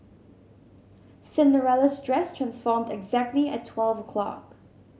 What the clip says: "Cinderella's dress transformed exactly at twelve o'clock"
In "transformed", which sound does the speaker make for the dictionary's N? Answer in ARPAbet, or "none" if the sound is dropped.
N